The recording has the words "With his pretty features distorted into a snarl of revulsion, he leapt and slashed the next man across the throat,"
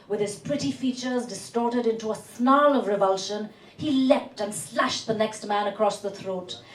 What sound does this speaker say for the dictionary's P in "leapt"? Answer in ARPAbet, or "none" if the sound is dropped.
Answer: P